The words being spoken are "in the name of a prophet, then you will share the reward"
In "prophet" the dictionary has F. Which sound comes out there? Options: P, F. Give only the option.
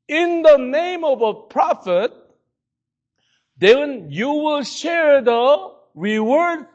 F